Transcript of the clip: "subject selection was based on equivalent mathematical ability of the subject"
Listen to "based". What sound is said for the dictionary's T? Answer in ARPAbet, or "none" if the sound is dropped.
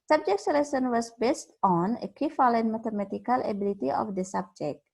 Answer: T